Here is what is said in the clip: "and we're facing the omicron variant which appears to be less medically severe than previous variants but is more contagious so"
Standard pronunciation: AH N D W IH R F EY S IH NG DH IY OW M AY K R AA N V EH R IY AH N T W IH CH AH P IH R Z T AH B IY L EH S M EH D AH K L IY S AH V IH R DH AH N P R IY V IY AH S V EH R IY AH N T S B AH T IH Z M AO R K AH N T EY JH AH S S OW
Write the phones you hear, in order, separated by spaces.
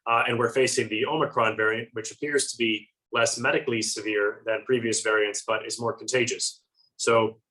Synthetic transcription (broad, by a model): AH N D W IH R F EY S IH NG DH IY OW M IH K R AA N V EH R IY AH N T W IH CH AH P IH R Z T AH B IY L EH S M EH D AH K L IY S AH V IH R DH AH N P R IY V IY AH S V EH R IY AH N T S B AH T IH Z M AO R K N T EY JH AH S S OW